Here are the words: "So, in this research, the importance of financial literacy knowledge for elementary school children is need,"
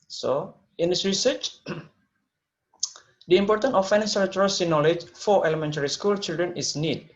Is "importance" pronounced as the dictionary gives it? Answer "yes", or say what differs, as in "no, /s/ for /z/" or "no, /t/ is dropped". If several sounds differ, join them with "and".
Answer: no, /s/ is dropped